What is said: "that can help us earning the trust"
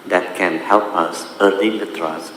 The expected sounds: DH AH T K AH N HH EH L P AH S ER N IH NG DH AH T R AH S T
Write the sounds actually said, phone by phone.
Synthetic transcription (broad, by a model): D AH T K AH N HH EH L P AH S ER L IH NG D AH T R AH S